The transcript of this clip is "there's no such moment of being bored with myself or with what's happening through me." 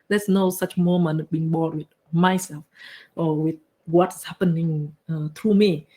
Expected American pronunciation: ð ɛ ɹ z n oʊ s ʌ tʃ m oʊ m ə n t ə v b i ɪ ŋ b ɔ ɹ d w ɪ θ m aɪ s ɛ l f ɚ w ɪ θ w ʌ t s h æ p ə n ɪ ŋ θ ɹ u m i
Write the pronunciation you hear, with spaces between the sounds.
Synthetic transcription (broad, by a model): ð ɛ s n oʊ s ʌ tʃ m oʊ m ə n t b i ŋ b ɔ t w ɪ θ m aɪ s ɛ l f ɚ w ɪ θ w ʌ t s h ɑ p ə n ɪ ŋ t ɹ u m i